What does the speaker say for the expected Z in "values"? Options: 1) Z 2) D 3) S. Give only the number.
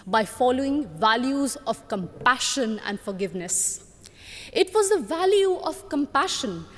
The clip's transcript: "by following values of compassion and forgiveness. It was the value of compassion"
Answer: 1